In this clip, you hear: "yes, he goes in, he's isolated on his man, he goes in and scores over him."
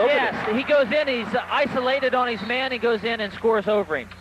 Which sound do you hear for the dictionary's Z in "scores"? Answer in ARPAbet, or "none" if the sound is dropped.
Z